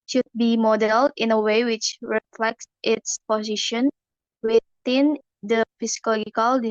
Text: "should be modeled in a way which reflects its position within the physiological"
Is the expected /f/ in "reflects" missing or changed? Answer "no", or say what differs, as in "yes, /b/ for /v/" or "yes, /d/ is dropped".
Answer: no